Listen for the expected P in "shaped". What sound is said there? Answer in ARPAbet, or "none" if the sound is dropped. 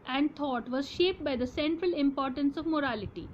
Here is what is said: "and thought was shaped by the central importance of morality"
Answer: P